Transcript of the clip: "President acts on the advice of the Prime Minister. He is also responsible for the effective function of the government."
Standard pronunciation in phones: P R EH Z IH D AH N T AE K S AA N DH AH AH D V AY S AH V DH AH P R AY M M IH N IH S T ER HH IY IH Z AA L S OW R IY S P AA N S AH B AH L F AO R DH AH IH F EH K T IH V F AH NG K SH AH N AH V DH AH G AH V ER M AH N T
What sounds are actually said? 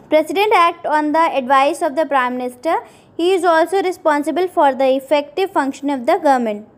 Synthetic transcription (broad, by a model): P R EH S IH D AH N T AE K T AA N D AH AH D V AY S AH V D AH P R AY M M IH N IH S T ER HH IY IH Z AA L S OW R IY S P AA N S AH B AH L F AO R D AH IH F EH K T IH V F AH NG K SH AH N AH V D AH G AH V M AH N T